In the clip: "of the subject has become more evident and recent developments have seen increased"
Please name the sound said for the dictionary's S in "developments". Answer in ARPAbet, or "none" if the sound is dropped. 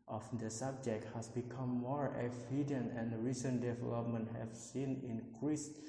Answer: none